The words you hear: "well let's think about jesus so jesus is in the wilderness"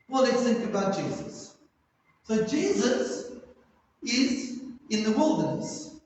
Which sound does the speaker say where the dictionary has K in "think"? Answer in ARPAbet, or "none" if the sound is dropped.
none